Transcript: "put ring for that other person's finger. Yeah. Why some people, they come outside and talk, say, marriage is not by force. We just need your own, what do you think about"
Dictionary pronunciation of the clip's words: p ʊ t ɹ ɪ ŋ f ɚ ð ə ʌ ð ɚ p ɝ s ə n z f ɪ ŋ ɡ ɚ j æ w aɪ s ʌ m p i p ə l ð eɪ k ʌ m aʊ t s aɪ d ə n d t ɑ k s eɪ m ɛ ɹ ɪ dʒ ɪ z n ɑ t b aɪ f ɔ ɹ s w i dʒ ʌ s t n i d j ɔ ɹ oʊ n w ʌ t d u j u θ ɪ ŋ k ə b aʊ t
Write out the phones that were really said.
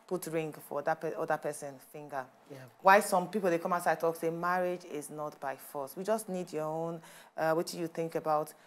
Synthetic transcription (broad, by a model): p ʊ t ɹ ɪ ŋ f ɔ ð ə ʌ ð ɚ p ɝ s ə n f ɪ ŋ ɡ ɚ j w aɪ s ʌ m p i p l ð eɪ k ʌ m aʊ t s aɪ ə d t ɑ k s eɪ m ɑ ɹ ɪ dʒ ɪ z n ɑ t b aɪ f ɔ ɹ s w i dʒ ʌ s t n i d j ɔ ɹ oʊ n w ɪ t j u θ ɪ ŋ k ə b aʊ t